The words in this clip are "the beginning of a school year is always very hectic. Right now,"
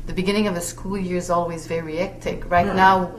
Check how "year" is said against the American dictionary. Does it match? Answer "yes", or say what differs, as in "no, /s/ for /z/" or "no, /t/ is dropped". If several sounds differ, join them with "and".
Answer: yes